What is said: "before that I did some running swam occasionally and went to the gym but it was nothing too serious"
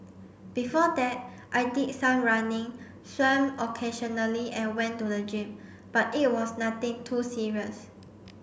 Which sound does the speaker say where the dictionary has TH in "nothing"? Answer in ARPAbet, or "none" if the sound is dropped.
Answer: T